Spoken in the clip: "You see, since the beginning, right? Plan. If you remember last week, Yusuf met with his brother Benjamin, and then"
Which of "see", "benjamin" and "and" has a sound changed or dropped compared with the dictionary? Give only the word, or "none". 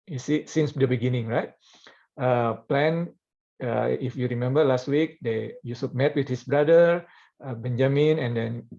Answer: none